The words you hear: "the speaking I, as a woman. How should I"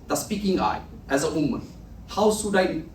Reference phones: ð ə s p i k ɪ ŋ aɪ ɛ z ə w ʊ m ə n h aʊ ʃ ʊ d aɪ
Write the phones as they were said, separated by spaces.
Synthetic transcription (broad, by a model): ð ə s p i k ɪ ŋ aɪ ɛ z ə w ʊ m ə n h aʊ s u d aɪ